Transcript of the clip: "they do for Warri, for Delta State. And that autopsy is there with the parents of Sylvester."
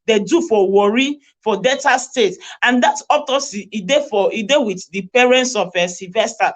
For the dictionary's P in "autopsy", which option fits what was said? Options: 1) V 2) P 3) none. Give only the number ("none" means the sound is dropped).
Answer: 3